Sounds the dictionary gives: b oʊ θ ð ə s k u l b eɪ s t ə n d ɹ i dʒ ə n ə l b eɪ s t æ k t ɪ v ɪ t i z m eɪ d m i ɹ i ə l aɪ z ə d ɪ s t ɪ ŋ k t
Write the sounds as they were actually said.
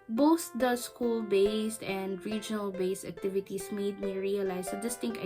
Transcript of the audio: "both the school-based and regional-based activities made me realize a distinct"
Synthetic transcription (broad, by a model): b oʊ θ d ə s k u l b eɪ s t ə n d ɹ i dʒ ə n ə l b eɪ s t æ k t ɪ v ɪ t i s m eɪ d m i ɹ i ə l aɪ s ə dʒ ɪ s t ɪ ŋ k